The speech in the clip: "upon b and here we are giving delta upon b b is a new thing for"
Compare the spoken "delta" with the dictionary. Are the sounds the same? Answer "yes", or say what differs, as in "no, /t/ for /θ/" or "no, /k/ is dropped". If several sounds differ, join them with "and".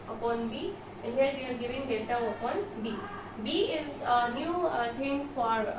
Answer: no, /l/ is dropped